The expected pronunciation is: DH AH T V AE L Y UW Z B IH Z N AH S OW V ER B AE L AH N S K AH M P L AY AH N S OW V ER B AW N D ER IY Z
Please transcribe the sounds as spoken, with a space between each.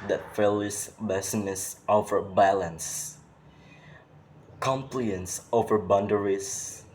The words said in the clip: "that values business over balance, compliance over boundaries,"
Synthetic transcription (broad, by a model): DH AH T F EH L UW S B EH S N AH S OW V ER B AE L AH N S K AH M P L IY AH N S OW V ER B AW N D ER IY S